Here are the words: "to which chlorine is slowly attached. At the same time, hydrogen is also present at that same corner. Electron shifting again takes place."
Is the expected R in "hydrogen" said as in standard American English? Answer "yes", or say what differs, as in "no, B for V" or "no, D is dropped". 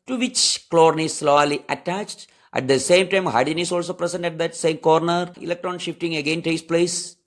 no, R is dropped